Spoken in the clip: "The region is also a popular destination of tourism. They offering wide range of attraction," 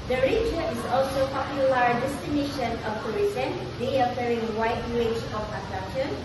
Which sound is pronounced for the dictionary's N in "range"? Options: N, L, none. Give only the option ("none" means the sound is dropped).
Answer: none